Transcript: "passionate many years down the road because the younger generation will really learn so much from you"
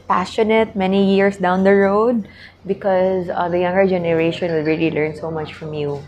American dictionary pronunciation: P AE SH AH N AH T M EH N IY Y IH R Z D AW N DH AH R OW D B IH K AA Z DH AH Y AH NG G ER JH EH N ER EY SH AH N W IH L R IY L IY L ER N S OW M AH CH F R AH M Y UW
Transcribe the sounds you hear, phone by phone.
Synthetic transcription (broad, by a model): P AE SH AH N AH T M EH N IY Y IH R S D AW N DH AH R OW D B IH K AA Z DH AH Y AH NG G ER JH EH N ER EY SH AH N W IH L R IY L IY L ER N S OW M AH CH F R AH M Y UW